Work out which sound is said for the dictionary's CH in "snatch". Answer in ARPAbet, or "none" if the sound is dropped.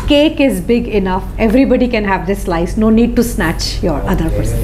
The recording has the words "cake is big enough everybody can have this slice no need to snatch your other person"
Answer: CH